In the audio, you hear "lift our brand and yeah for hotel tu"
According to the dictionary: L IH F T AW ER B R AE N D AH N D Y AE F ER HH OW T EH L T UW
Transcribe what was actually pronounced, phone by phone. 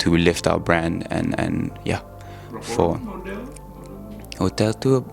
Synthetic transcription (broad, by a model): L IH F T AW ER B R AE N D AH N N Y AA F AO HH OW T EH L T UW